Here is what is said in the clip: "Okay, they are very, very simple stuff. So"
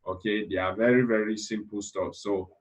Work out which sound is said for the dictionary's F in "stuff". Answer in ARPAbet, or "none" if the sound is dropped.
P